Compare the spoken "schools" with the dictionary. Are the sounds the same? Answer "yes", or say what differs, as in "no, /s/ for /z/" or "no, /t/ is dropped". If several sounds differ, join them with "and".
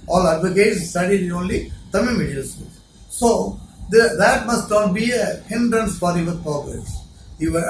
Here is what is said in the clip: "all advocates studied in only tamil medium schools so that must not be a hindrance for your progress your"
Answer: no, /k/ is dropped